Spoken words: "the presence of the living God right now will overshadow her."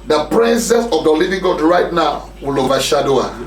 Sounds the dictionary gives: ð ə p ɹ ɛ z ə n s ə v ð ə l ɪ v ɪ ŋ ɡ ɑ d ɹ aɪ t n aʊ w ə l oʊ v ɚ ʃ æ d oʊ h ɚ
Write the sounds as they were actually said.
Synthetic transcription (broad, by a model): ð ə p ɹ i s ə s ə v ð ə l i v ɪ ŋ ɡ ɑ d ɹ aɪ t n aʊ w ə l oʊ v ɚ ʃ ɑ d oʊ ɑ